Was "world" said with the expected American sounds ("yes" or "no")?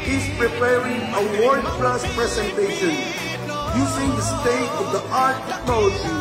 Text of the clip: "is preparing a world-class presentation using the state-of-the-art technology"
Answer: no